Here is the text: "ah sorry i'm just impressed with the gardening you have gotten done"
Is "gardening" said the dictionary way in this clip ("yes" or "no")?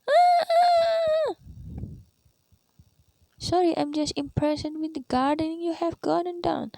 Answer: yes